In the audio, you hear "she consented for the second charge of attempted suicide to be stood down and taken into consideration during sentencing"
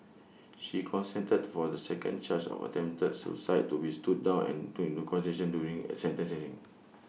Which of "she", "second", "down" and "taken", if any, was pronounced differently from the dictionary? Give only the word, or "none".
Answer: taken